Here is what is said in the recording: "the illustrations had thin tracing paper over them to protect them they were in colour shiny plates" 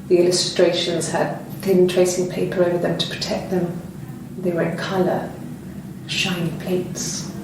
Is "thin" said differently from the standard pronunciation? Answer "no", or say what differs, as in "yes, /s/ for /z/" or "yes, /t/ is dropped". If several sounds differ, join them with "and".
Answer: no